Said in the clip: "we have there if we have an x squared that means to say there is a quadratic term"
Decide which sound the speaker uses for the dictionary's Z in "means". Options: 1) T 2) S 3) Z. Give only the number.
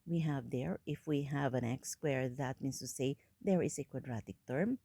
2